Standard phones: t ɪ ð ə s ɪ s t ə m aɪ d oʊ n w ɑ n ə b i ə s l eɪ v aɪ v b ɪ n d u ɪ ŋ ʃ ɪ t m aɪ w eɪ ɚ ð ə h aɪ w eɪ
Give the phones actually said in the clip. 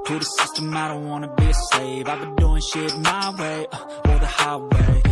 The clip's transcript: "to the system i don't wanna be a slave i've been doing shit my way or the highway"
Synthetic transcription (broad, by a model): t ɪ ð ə s ɪ s t ə m aɪ d oʊ n w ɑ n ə b i ə s eɪ v aɪ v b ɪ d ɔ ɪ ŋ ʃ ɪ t m aɪ w eɪ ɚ ð ə h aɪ w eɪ